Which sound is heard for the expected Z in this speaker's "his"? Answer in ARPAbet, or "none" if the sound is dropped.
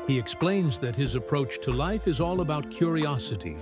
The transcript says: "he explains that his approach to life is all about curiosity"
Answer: Z